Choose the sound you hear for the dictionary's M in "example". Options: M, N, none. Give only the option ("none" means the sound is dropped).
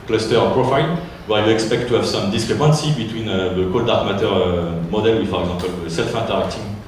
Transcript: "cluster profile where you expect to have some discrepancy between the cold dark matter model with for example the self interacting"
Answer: none